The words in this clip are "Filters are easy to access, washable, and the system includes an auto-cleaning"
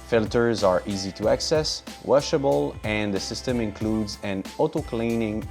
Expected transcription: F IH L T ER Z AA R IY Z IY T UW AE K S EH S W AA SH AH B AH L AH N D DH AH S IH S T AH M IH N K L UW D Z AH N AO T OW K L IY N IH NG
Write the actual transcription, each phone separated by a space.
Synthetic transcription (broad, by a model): F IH L T ER Z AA R IY Z IY T UW AE K S EH S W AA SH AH B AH L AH N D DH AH S IH S T AH M IH N K L UW D Z AH N AO T OW K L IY N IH NG